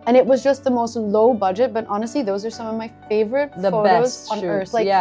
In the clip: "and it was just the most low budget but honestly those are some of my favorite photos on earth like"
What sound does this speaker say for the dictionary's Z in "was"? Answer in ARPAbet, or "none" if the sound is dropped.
Z